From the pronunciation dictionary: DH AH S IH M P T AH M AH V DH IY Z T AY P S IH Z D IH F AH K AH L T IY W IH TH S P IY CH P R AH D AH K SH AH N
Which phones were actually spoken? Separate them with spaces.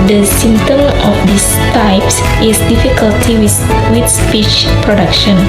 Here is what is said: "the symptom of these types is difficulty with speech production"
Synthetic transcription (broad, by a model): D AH S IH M T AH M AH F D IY S T AY P S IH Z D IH F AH K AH L T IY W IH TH S P IY CH P R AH D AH K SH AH N